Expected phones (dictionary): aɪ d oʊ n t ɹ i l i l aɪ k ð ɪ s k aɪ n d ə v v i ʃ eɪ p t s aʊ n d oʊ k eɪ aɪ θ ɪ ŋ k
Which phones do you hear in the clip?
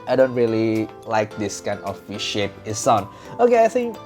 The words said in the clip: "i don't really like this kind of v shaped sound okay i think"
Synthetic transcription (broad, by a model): aɪ d oʊ n t ɹ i l i l aɪ k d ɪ s k aɪ n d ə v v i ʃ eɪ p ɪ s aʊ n oʊ k eɪ aɪ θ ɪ ŋ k